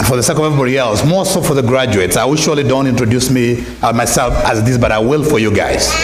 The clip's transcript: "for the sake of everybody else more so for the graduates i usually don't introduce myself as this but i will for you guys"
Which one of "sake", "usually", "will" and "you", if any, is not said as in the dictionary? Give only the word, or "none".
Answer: usually